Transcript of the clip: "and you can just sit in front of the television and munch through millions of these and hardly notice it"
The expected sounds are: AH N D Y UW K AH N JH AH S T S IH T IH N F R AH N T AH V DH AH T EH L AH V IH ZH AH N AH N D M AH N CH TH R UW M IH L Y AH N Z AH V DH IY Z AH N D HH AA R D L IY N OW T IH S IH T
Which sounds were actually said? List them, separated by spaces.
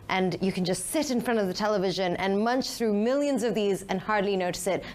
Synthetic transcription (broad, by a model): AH N Y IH K AH N JH AH S T S IH T IH N F R AH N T AH V DH AH T EH L AH V IH ZH AH N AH N M AH N CH TH R UW M IH L Y AH N Z AH V DH IY Z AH N HH AA R D L IY N OW T IH S IH T